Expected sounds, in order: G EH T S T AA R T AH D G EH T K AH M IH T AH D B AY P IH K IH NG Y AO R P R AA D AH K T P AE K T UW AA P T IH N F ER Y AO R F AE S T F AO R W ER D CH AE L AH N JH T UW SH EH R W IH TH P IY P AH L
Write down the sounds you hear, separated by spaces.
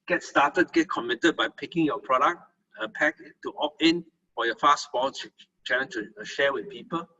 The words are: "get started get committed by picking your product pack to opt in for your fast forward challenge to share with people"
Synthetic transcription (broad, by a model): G EH T S T AA T AH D G EH T K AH M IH T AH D B AY P IH K IH NG Y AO P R AA D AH K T P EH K T UW AA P IH N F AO Y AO F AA S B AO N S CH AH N T UW SH EH W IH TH P IY P AH L